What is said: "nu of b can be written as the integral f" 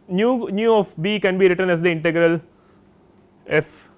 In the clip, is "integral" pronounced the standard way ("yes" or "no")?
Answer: yes